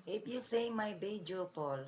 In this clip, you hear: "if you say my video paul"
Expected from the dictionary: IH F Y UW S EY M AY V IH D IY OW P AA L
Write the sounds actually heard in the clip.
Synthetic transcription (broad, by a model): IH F Y UW S EY M AY B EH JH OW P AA L